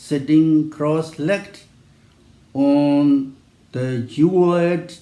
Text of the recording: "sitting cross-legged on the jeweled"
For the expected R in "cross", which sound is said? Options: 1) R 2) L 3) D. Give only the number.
1